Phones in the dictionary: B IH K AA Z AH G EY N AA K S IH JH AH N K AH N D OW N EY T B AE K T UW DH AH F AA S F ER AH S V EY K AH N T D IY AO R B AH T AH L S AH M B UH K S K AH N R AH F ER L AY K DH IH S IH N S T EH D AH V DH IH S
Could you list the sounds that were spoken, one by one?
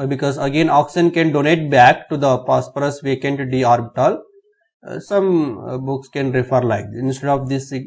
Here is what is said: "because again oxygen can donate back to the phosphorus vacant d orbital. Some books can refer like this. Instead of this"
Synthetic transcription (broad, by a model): B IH K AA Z AH G EY N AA K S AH N K AH N D OW N EY T B AE K T UW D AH P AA S P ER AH S V EY K AH N T D IY AO R B AH T AH L S AH M B UH K S K AH N R AH F ER L AY K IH IH N S T EH D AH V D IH S